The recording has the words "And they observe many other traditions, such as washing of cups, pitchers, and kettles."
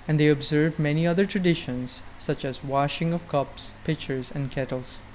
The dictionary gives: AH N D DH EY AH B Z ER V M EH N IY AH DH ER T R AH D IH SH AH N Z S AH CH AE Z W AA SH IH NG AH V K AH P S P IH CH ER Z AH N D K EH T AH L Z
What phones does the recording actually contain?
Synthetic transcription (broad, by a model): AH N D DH EY AH B Z ER V M EH N IY AH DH ER T R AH D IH SH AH N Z S AH CH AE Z W AA SH IH NG AH V K AH P S P IH CH ER Z AH N D K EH T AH L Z